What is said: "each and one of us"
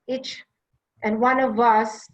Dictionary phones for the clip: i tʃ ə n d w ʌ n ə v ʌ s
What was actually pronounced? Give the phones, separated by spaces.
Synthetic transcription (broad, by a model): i tʃ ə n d w ʌ n ə v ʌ s